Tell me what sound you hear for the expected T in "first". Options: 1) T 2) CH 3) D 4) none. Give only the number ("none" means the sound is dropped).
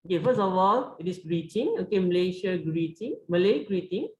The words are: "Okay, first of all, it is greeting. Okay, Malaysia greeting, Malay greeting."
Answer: 4